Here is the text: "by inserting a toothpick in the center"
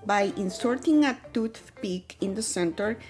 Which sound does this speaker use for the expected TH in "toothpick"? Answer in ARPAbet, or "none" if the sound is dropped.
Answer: T